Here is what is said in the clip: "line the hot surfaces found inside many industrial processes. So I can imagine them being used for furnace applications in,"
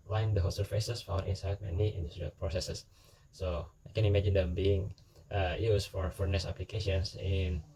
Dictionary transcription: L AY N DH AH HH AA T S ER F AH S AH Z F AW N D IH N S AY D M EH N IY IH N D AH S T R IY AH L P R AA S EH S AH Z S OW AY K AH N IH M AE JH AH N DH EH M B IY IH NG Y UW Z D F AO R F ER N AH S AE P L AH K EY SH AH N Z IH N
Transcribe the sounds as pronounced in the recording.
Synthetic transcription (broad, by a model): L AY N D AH HH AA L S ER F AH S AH S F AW N IH N S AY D M EH N IY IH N D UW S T R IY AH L P R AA S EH S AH S OW AY K AH N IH M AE JH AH N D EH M B IY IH NG Y UW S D F AO R F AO N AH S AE P L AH K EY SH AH N S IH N